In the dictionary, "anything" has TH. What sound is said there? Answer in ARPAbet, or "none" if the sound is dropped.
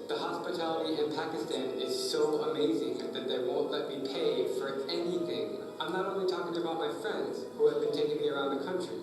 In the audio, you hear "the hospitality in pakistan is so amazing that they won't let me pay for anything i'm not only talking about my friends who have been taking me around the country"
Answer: TH